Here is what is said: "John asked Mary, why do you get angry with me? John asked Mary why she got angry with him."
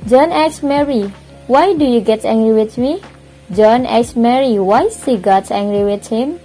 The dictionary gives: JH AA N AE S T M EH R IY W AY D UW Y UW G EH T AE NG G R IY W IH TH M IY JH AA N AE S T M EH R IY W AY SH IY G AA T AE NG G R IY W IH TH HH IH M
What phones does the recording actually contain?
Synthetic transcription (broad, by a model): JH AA N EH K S M EH R IY W AY D UW Y UW G EH T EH NG G R IY W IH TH M IY JH AA N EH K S M EH R IY W AY S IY G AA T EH NG G R IY W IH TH HH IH M